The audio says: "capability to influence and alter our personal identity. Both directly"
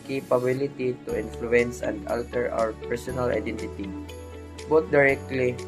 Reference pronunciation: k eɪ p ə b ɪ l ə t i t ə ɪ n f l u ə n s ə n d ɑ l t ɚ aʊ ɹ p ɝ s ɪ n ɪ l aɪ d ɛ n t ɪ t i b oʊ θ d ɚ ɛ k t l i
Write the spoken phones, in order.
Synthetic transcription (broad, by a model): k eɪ p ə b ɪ l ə t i t ə ɪ n f l u ə n s ə n d ɑ l t ɚ aʊ ɹ p ɝ s ɪ n ɪ l aɪ d ɛ n t ɪ t i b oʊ t d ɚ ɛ k t l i